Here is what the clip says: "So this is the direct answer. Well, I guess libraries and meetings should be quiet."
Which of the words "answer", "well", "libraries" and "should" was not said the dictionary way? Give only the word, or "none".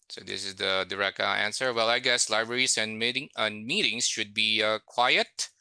libraries